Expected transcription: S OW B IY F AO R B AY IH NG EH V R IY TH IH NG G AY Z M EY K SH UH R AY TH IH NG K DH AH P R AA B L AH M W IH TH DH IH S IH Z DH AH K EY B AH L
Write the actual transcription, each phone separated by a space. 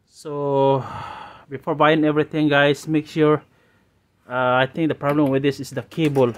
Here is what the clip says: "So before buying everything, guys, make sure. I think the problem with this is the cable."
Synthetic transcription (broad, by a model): S OW B IY F AO R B AY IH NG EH V R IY T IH NG G AY S M EY K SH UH R AY T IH NG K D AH P R AA B L AH M W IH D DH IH S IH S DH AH K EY B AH L